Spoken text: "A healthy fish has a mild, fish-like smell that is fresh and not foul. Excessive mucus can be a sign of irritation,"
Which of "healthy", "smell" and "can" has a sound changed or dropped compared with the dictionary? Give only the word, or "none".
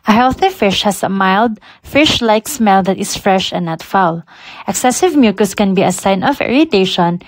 none